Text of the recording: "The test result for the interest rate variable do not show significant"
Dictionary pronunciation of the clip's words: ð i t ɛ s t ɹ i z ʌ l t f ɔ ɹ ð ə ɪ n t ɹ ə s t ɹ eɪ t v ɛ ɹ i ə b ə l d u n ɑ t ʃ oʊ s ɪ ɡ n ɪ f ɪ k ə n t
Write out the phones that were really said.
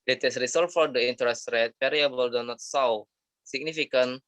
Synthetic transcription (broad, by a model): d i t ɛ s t ɹ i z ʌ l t f ɔ ɹ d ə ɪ n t ɹ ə s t ɹ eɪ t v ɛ ɹ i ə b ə l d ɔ n ɑ t s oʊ s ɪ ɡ n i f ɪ k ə n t